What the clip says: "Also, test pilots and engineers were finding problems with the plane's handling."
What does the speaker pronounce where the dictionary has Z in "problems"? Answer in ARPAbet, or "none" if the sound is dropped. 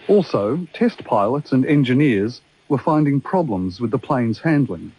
Z